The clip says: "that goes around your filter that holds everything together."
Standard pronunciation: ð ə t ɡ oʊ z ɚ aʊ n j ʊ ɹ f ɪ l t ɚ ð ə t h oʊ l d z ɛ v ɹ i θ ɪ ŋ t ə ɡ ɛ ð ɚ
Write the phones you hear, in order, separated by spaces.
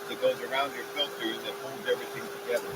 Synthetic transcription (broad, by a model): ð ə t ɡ oʊ z ɚ aʊ n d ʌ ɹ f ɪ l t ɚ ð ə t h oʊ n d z ɛ v ɹ i θ ɪ ŋ t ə ɡ ɛ ð ɚ